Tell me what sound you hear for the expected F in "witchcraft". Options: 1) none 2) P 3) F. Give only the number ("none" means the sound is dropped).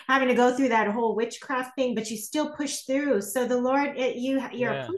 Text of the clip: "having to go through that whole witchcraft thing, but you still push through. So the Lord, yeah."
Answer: 3